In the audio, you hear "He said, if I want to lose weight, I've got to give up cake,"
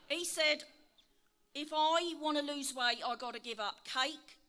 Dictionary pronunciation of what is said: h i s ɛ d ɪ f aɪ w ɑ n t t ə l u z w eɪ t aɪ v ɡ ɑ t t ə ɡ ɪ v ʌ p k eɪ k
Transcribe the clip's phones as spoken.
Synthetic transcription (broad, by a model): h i s ɛ d ɪ f aɪ w ɑ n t t ə l u z w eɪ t aɪ ɡ ɑ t t ə ɡ ɪ v ʌ p k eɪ k